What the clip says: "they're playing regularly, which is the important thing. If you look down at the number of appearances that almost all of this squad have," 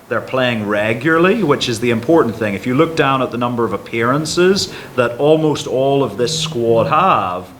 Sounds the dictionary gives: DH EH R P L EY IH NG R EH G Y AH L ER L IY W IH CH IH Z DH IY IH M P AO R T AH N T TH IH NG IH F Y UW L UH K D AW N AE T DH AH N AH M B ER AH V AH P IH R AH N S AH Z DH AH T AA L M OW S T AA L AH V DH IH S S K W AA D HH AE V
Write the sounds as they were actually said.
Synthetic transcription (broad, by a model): DH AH R P L EY IH NG R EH G Y L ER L IY W IH CH IH Z DH IY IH M P AO R T N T TH IH NG IH F Y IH L UH K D AW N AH T DH AH N AH M B ER AH V AH P IH R AH N S AH Z DH AH T AA L M OW S T AA L AH V DH IH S S K W AA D HH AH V